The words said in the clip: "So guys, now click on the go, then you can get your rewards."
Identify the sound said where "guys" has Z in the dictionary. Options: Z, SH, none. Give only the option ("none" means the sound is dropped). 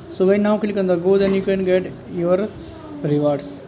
none